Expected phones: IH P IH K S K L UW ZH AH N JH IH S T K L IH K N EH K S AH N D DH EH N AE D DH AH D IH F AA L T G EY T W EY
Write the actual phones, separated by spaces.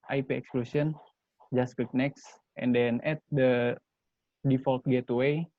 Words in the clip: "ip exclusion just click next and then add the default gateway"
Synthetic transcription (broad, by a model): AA P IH K S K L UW S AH N JH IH S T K IH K N EH K S AH N D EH N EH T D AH D IH F AA L T G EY T W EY